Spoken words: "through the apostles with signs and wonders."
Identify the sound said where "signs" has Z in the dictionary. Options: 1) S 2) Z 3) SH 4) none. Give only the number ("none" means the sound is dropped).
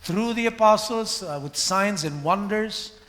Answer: 2